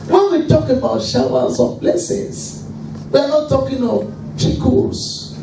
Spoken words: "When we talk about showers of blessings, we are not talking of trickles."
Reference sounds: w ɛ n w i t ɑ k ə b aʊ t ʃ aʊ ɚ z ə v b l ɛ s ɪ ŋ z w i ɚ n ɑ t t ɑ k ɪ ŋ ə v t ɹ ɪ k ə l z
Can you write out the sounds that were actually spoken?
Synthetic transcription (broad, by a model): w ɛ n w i t ɑ k ə b aʊ t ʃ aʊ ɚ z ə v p l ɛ s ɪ z w i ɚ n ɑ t t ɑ k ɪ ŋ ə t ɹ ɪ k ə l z